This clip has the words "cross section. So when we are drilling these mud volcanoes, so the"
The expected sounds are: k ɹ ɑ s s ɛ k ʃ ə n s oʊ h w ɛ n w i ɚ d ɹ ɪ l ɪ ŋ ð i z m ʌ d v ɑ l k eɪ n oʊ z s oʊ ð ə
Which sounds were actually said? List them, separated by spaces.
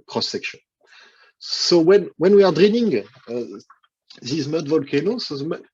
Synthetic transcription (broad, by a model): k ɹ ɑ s s ɛ k ʃ ə n s oʊ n w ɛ n w i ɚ d ɹ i n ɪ ŋ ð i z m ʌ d v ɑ l k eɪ n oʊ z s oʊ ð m